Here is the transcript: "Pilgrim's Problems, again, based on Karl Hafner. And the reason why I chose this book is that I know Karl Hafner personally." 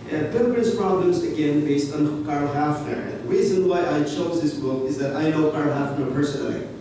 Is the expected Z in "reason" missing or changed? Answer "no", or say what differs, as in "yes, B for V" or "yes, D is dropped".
no